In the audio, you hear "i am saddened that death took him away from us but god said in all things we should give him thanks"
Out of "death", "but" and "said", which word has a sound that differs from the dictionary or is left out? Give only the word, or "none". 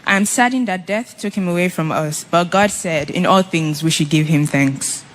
none